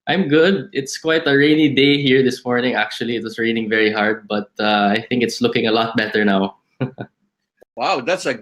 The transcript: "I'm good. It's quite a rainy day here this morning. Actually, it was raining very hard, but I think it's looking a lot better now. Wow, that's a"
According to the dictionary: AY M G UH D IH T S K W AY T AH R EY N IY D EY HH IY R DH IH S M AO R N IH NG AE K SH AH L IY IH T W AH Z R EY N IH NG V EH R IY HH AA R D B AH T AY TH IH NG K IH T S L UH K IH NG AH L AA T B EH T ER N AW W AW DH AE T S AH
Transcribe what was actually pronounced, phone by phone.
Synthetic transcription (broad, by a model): AY M G UH D IH T S K W AY T AH R EY N IY D EY HH IY R DH IH S M AO R N IH NG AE K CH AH L IY IH T W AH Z R EY N IH NG V EH R IY HH AA R D B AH T AY TH IH NG K IH T S L UH K IH NG AH L AA T B EH T ER N AW W AW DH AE T S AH